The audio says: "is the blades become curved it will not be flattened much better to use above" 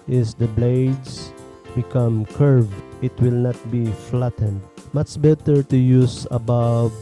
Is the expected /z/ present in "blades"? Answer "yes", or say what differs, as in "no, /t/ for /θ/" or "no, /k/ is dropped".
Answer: no, /s/ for /z/